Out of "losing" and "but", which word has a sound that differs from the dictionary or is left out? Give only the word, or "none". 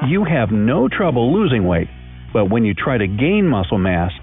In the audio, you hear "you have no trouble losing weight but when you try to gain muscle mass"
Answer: none